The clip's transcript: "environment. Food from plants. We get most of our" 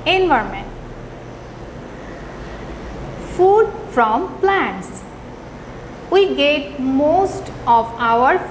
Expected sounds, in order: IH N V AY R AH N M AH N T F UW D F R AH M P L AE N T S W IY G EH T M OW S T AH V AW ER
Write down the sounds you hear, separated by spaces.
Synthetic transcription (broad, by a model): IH N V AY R M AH N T F UW D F R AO M P L AE N T S W IY G EH T M OW S T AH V AW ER